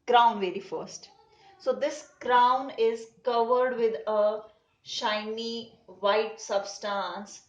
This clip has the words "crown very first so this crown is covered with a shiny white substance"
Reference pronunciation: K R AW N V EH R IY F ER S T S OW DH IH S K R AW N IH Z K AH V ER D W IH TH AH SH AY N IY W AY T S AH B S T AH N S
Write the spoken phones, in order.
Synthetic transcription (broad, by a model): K R AW N V EH R IY F ER S T S OW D IH S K R AW N IH Z K AH V ER D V IH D AH SH AY N IY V AY T S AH B S T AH N S